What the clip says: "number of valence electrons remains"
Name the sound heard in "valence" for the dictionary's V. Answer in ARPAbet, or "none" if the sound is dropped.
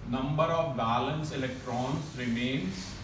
B